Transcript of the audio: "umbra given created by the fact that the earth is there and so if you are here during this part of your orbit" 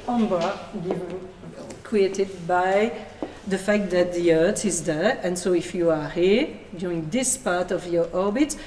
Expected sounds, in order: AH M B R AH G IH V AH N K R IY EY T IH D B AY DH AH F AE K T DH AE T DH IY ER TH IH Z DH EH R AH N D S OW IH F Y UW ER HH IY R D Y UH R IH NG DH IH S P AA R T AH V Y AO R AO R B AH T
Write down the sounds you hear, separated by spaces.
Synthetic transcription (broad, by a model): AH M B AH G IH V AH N K R IY EY T IH D B AY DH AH F AE K T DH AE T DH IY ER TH IH Z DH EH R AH N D S OW IH F Y UW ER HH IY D Y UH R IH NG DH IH S P AA R T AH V Y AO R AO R B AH T